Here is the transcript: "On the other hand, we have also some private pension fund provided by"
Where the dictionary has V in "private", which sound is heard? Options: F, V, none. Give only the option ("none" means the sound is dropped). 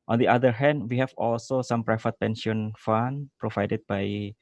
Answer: F